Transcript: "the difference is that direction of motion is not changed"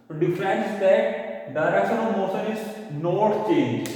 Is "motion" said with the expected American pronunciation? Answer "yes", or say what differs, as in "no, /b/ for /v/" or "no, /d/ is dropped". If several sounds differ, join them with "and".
no, /s/ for /ʃ/